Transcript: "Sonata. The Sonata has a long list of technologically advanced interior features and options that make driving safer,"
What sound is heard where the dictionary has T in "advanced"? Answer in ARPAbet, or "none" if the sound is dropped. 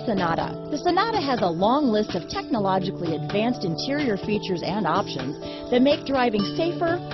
T